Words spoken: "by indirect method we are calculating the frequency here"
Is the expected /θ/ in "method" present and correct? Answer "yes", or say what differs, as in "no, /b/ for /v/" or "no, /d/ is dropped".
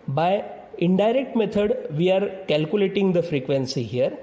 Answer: no, /t/ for /θ/